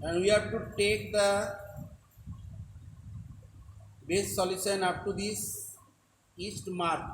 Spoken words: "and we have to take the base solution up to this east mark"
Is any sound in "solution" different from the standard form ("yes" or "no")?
yes